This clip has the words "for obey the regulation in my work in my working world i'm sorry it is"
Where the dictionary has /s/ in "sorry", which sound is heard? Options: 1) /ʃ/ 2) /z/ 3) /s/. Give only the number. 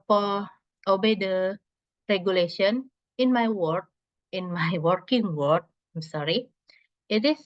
3